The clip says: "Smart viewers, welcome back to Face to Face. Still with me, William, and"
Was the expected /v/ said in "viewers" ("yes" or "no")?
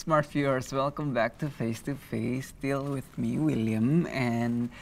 no